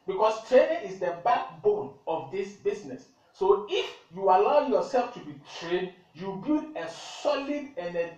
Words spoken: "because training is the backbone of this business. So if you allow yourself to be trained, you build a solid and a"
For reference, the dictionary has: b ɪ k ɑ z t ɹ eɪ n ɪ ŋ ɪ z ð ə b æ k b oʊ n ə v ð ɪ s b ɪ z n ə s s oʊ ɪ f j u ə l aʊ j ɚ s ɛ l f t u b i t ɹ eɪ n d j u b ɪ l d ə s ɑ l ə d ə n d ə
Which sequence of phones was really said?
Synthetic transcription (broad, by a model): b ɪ k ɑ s t ɹ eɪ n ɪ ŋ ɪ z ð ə b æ k b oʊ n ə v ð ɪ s b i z n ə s s oʊ ɪ f j u ə l aʊ j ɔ s ɛ l f t u b i t ɹ eɪ n d j u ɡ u d ə s ɑ l ə d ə n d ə